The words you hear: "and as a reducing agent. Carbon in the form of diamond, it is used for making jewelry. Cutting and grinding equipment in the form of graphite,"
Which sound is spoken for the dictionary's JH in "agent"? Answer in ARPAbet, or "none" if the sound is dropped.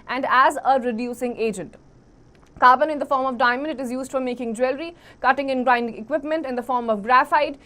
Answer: JH